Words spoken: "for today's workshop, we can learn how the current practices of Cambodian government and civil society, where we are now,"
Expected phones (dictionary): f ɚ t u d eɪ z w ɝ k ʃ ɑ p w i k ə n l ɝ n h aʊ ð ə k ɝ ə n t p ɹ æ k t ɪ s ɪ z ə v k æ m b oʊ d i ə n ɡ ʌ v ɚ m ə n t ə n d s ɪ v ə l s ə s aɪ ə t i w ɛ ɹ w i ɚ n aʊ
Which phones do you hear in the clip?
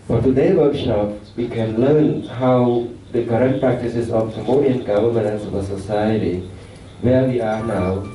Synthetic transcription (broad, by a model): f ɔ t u d eɪ w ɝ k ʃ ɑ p w i k ə n l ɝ n h aʊ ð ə k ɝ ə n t p ɹ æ k t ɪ s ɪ s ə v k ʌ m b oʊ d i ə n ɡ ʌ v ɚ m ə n ə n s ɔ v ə s ə s aɪ ə t i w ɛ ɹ w i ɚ n aʊ